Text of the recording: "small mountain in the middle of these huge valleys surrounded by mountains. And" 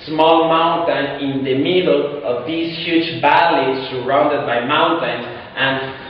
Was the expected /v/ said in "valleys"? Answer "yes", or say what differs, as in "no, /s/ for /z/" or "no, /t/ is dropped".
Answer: no, /b/ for /v/